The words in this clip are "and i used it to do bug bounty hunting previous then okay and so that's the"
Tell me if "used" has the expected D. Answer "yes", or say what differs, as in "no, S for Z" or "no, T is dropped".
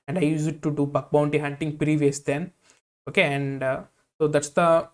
no, D is dropped